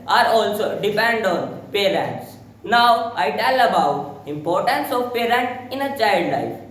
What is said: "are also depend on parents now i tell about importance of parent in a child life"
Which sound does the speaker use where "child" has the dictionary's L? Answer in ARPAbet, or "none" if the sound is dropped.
L